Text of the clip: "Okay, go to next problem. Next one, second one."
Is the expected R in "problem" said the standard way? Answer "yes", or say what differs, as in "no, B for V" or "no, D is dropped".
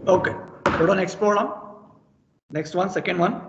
no, L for R